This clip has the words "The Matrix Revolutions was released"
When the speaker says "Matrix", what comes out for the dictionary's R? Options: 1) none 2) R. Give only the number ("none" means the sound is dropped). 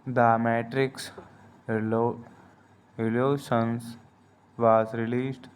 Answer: 2